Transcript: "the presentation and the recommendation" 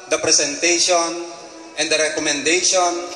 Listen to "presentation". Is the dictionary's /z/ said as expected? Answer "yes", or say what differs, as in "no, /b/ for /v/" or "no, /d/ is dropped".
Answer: no, /s/ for /z/